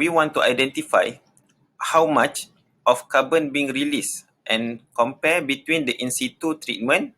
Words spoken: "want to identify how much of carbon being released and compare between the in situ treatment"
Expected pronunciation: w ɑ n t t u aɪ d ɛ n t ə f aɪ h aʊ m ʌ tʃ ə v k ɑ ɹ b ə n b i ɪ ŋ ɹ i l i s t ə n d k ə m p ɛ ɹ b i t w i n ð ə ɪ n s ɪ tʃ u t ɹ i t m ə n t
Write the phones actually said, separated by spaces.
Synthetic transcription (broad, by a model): w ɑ n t t u aɪ d ɛ n t ə f aɪ h aʊ m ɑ tʃ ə f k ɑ b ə n b i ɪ ŋ ɹ i l i s t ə n k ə m p ɛ b i t w i n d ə ɪ n s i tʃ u t ɹ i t m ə n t